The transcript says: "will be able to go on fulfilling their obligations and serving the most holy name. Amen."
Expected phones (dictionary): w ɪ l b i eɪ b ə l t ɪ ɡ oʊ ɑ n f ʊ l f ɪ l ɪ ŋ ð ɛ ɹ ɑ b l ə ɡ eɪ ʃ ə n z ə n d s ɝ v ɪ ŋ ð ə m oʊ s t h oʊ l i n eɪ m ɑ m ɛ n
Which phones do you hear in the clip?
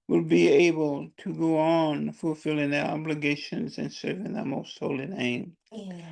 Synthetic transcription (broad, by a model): w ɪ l b i eɪ b ə l t ɪ ɡ oʊ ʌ n f ʊ l f ɪ l ɪ ŋ ð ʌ ɹ ɑ b l ə ɡ eɪ ʃ ə n z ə n s ɝ v ɪ ŋ ð ə m oʊ s t h oʊ l i n eɪ ɑ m